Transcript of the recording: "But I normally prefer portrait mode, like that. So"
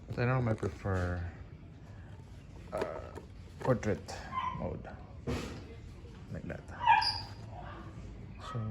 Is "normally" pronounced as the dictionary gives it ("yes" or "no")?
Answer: no